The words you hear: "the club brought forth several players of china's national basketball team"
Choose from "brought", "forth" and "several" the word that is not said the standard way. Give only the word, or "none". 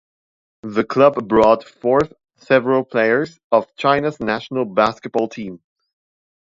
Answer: none